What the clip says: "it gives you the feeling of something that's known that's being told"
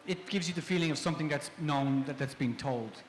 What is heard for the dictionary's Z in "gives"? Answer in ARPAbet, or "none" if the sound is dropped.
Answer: Z